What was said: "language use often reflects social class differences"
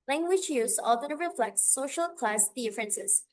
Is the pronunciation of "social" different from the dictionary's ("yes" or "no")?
no